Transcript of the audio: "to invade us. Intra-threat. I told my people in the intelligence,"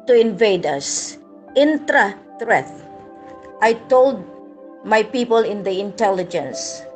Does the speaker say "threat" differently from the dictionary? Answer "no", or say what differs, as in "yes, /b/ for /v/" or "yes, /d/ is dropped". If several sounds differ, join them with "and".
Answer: yes, /t/ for /θ/